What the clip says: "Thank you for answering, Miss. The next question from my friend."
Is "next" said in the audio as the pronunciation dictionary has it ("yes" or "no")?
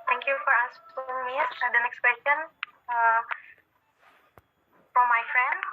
yes